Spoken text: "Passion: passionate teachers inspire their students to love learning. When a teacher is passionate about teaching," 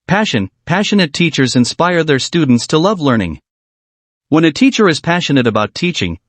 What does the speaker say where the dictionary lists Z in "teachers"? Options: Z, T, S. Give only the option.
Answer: Z